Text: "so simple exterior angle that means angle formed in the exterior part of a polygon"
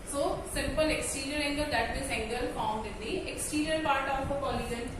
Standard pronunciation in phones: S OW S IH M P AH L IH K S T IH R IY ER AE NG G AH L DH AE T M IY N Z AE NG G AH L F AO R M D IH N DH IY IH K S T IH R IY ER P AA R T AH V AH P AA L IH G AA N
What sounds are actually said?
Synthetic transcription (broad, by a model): S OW S IH M P AH L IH K S T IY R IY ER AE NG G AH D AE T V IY Z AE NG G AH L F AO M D IH N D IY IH K S T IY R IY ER P AA R T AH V AH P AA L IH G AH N